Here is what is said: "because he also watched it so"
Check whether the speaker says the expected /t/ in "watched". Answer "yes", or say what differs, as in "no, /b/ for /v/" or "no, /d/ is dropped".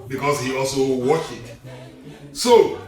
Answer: no, /t/ is dropped